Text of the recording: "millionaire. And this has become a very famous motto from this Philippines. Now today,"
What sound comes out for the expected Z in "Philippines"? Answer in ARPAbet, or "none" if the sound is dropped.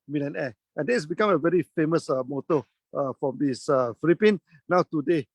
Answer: none